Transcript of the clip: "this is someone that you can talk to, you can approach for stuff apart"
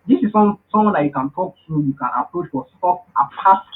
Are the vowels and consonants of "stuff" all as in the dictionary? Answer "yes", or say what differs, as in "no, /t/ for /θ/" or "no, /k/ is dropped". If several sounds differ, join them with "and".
no, /p/ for /f/